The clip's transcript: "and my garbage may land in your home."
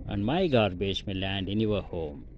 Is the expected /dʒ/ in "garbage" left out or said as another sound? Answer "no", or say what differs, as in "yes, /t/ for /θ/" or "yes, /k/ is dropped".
yes, /ʃ/ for /dʒ/